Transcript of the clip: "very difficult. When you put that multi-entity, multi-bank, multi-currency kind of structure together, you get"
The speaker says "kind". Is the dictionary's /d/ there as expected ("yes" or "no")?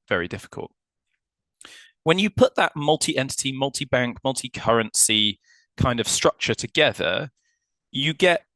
yes